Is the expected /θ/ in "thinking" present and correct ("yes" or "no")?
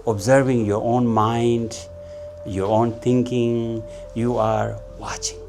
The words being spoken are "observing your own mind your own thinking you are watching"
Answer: no